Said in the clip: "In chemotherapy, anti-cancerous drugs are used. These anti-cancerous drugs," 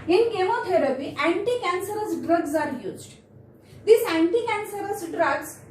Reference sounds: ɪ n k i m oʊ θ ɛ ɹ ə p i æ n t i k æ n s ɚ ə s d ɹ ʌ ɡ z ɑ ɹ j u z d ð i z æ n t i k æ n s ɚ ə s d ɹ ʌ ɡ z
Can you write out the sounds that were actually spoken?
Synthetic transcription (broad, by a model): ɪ n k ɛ m oʊ t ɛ ɹ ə p i æ n t i k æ n s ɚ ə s d ɹ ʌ ɡ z ɑ ɹ j u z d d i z æ n t i k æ n s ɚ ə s d ɹ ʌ ɡ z